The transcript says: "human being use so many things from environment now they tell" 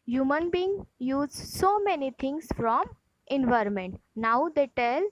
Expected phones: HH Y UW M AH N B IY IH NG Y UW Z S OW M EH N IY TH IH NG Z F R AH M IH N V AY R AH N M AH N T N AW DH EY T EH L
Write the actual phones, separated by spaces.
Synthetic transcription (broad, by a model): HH Y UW M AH N B IY IH NG Y UW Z S OW M EH N IY T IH NG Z F R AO M IH N V AY R AH N M AH N T N AW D EY T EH L